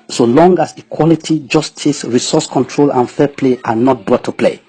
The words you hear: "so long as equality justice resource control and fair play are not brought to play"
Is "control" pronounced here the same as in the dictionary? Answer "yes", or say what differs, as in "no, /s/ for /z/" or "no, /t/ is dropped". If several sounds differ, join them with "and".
yes